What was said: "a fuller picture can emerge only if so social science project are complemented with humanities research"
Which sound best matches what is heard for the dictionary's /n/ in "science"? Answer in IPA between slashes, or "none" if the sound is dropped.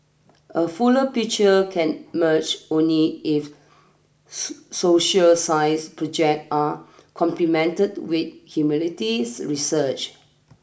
none